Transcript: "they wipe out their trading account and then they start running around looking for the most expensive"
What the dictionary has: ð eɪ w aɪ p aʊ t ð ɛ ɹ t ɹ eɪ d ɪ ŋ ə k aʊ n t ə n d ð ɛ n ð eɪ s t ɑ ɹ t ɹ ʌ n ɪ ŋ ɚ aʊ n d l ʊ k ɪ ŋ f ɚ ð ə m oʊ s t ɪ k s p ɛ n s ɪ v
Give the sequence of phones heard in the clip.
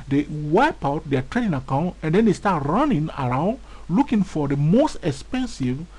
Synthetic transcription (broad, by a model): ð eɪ w aɪ p aʊ t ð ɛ t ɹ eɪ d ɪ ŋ ə k aʊ n t ə n d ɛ n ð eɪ s t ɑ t ɹ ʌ n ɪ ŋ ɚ aʊ n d l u k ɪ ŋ f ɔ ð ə m oʊ s t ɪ k s p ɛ n s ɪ v